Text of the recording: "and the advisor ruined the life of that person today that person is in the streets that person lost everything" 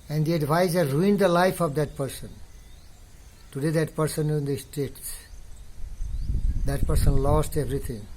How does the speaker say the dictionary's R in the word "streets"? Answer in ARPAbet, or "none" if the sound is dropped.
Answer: none